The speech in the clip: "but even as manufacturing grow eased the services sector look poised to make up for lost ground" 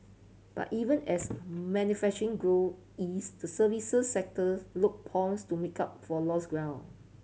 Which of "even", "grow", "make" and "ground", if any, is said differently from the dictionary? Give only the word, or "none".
ground